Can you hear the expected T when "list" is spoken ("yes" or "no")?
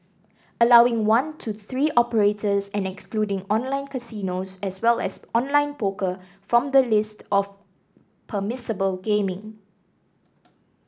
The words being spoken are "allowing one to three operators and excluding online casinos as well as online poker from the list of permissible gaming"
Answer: yes